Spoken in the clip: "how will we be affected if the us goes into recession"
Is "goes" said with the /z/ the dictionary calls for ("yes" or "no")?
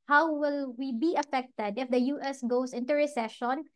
no